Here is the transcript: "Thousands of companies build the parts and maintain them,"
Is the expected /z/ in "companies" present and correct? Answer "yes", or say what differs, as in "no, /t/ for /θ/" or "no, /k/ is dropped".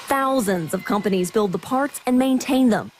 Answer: yes